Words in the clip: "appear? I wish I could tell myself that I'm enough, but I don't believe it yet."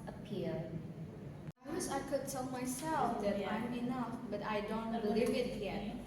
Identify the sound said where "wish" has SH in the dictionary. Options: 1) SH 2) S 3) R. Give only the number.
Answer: 2